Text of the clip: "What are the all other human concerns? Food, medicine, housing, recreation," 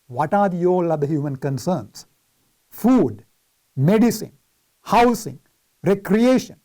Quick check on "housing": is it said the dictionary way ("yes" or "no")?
no